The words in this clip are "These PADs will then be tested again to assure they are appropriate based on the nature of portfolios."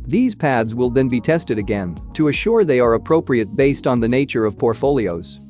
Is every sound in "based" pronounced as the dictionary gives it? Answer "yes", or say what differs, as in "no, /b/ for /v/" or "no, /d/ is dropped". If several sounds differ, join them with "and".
yes